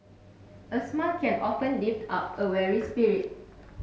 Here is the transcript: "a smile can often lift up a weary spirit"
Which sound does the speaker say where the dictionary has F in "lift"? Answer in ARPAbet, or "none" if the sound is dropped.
P